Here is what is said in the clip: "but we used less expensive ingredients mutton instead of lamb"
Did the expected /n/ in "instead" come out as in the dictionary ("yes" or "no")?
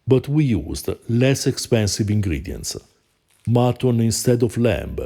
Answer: yes